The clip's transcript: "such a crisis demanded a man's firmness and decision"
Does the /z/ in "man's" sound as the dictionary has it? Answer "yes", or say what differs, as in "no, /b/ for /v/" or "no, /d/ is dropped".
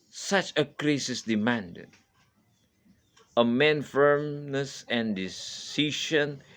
no, /z/ is dropped